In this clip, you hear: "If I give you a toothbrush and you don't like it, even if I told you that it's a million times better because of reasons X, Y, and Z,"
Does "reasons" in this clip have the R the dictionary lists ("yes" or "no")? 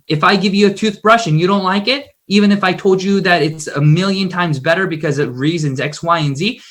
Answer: yes